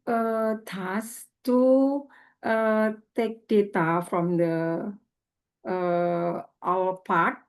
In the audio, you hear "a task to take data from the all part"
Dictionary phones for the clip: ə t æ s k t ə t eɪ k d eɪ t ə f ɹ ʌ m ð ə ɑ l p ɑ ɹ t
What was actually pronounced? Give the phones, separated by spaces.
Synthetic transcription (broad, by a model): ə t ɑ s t t ə t eɪ k d eɪ t ə f ɹ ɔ m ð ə ɑ l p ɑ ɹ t